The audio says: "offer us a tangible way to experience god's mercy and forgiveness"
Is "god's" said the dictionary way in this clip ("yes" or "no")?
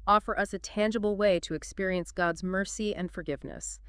yes